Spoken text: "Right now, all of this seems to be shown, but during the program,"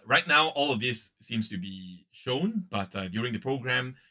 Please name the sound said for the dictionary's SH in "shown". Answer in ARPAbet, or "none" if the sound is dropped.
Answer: SH